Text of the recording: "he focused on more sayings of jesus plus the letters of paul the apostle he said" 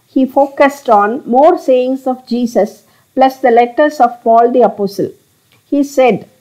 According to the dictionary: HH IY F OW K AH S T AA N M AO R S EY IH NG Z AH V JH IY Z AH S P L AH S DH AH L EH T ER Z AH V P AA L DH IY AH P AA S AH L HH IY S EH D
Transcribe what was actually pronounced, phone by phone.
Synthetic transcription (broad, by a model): HH IY F OW K AH S T AA N M AO R S EY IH NG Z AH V JH IY S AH S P L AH S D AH L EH T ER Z AH V P AA L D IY AH P AA S AH L HH IY S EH D